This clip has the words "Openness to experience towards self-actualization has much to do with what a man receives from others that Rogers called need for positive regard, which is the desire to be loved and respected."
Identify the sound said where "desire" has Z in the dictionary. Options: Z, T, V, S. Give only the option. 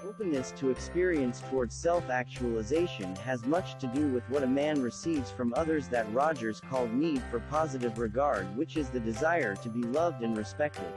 Z